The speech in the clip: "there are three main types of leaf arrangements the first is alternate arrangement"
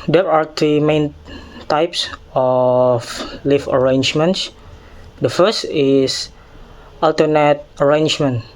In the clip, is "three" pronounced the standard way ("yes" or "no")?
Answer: no